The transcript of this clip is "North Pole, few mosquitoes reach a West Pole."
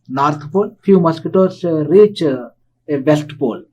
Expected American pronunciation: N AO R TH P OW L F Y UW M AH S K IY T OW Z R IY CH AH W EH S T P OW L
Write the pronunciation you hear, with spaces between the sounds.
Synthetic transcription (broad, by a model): N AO R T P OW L F Y UW M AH S K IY T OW S R IY CH AH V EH S T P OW L